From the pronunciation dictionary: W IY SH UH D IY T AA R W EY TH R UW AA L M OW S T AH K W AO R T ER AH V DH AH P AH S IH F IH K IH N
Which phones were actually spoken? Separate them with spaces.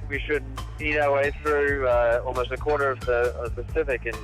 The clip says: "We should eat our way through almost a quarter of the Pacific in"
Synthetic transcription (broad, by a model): W IY SH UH D IY T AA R W EY TH R UW AA L M OW S T AH K W AO R T ER AH V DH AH P AH S IH F IH K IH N